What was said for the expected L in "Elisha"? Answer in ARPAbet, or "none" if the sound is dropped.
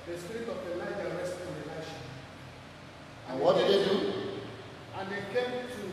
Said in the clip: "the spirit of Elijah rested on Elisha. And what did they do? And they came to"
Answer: none